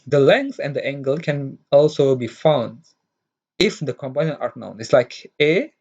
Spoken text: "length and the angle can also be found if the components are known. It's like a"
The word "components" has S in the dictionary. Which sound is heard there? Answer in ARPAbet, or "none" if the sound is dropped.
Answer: none